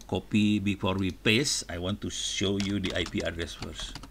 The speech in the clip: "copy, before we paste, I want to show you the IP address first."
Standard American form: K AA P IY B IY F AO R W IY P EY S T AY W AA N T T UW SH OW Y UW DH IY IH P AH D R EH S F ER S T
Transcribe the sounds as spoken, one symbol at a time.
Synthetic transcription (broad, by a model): K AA P IY B IY F AO R W IY P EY S AY W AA N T T UW SH OW Y UW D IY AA P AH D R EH S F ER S